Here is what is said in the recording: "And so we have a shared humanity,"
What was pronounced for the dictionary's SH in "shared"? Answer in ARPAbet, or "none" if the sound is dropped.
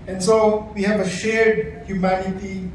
SH